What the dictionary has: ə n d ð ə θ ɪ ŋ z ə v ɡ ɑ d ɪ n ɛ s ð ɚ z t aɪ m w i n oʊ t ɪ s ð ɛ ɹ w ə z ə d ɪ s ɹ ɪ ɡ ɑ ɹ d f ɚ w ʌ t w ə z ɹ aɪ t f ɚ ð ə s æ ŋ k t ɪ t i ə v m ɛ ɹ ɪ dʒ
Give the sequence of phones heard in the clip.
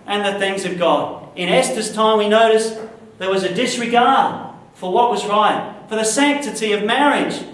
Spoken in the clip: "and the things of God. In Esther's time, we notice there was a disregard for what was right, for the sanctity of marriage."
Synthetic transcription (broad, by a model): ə n ð ə θ ɪ ŋ z ə v ɡ ɑ d ɪ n ɛ s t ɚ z t aɪ m w i n oʊ t ɪ s ð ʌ ɹ w ə z ə d ɪ s ɹ ɪ ɡ ɑ ɹ d f ɚ w ʌ t w ə z ɹ aɪ t f ɚ ð ə s æ ŋ k t ɪ t i ə v m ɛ ɹ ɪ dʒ